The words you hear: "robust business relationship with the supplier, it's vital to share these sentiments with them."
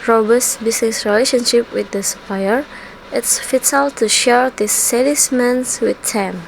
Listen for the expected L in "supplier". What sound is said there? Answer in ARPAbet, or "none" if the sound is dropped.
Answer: none